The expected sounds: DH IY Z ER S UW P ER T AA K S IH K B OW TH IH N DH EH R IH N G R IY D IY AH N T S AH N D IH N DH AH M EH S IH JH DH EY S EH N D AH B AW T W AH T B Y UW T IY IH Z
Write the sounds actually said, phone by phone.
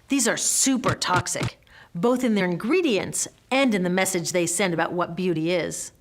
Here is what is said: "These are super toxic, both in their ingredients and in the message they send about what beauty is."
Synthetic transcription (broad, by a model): DH IY Z ER S UW P ER T AA K S IH K B OW TH IH N DH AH R IH N G R IY D IY AH N T S AH N D IH N DH AH M EH S IH JH DH EY S EH N D AH B AW T W AH T B Y UW T IY IH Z